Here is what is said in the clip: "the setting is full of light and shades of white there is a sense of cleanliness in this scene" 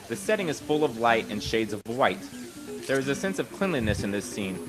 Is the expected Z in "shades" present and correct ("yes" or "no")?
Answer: yes